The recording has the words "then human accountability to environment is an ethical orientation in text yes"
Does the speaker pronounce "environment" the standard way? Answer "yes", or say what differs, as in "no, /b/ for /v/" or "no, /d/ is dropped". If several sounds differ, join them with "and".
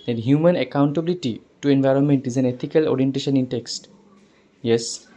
yes